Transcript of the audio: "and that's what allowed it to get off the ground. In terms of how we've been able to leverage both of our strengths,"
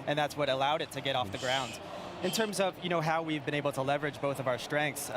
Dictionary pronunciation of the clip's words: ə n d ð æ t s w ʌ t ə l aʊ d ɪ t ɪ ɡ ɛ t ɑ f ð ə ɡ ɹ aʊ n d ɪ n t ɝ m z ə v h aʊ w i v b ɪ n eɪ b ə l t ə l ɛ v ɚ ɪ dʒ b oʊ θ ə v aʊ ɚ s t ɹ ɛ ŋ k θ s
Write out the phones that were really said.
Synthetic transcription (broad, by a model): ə n ð æ t s w ʌ t ə l aʊ d ɪ t ɪ ɡ ɛ t ɑ f ð ə ɡ ɹ aʊ n d ɪ n t ɝ m z ə v h aʊ w i v b ɪ n eɪ b l t ə l ɛ v ɚ ɪ dʒ b oʊ θ ə v aʊ ɚ s t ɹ ɛ ŋ k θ s